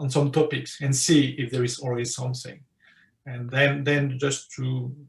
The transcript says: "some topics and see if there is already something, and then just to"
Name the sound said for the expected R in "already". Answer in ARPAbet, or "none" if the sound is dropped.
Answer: L